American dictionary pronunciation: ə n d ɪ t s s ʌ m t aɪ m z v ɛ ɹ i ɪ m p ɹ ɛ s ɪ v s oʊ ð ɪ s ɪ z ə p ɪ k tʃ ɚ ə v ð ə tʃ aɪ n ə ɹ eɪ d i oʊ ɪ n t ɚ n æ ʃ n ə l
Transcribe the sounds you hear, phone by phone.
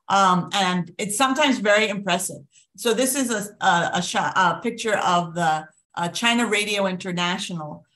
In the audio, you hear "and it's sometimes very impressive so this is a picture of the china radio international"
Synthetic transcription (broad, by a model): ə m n ɪ t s s ʌ m t aɪ m z v ɛ ɹ i ɪ m p ɹ ɛ s ɪ v s oʊ ð ɪ s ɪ z ə p ɪ k tʃ ɚ ə v ð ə tʃ aɪ n ə ɹ eɪ d i oʊ ɪ n t ɚ n æ ʃ n l